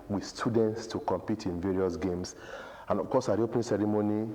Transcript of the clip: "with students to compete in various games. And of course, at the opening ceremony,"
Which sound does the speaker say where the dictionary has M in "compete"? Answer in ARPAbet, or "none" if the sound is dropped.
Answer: M